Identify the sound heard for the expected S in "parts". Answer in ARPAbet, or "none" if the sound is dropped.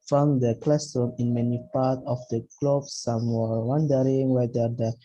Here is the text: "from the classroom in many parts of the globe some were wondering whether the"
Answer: none